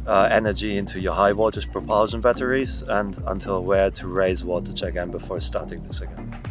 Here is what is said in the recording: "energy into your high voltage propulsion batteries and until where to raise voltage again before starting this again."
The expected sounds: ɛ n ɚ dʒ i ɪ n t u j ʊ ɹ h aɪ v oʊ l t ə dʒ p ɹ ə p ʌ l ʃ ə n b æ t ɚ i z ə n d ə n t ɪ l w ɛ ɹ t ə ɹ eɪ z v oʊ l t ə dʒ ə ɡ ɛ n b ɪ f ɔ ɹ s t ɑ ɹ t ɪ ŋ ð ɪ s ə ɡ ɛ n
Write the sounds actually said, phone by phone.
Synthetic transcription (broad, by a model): ɛ n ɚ dʒ i ɪ n t u j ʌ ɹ h aɪ w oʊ t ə z p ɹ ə p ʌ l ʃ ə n b æ t ɚ i z ə n d ə n t ɪ l w ɛ ɹ t ə ɹ eɪ z w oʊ t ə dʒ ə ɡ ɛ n b ɪ f ɔ ɹ s t ɑ ɹ t ɪ ŋ ð ɪ s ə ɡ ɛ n